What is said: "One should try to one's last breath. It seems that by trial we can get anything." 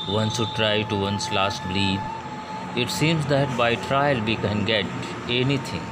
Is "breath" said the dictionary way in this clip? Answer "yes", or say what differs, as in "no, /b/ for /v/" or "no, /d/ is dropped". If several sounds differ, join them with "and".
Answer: no, /l/ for /ɹ/